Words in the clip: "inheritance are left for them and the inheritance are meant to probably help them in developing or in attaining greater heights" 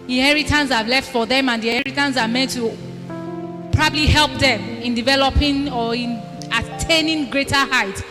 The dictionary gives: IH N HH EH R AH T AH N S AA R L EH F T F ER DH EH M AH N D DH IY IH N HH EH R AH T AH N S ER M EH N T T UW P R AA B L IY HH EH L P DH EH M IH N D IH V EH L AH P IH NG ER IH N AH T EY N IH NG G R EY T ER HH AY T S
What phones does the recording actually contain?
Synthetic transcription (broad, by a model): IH N HH EH R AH T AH N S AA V L EH F T F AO DH EH M AH N D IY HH EH R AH T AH N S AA M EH N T T UW P R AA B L IY HH EH L P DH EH M IH N D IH V EH L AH P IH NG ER IH N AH T EY N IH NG G R EY T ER HH AY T